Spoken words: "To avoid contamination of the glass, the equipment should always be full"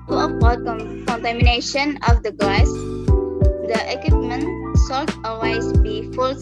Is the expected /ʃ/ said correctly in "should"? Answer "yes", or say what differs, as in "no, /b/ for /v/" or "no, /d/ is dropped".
no, /s/ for /ʃ/